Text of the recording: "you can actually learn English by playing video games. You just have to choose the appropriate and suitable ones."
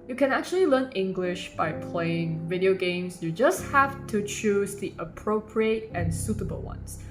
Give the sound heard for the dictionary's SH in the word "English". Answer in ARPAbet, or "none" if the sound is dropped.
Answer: SH